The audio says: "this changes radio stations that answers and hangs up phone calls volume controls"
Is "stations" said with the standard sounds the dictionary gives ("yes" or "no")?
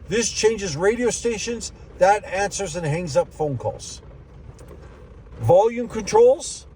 yes